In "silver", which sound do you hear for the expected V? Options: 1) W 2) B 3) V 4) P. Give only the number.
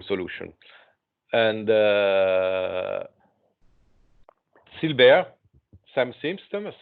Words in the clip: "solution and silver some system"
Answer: 2